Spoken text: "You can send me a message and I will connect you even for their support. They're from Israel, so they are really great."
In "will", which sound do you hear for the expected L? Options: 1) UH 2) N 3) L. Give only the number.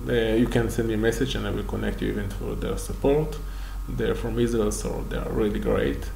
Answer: 3